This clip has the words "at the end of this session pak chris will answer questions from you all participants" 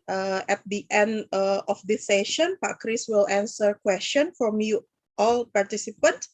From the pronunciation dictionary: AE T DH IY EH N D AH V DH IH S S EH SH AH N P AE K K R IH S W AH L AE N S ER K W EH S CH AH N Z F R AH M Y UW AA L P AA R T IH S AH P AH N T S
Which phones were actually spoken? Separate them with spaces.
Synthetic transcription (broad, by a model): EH T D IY EH N D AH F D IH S S EH SH AH N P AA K K R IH S W AH L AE N S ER K W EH S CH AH N F R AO M Y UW AA L P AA R T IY S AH P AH N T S